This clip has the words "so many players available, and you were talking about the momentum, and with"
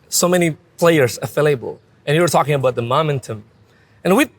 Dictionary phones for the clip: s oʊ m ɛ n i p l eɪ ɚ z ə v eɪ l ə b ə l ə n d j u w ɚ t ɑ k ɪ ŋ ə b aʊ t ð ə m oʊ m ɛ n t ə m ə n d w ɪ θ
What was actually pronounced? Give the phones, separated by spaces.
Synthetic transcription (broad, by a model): s oʊ m ɛ n i p l eɪ ɚ z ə f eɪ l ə b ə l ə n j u w ɚ t ɑ k ɪ ŋ ə b aʊ t ð ə m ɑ m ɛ n t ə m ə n w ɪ